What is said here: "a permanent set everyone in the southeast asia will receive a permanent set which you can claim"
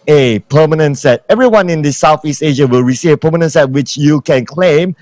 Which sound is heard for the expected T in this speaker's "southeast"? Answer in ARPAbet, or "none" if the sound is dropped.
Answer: T